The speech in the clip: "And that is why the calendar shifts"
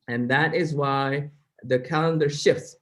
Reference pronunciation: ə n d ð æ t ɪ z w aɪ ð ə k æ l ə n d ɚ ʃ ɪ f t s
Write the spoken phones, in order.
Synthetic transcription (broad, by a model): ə n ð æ t ɪ z w aɪ ð ə k æ l ə n d ɚ ʃ ɪ f t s